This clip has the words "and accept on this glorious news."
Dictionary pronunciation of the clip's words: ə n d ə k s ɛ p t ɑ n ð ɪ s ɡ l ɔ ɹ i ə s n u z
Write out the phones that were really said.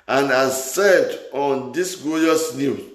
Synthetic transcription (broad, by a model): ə n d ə s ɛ t ɑ n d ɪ s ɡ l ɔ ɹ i s n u